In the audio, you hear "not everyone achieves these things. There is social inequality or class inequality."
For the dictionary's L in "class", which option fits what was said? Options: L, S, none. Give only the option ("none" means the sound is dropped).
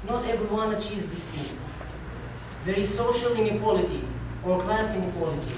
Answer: L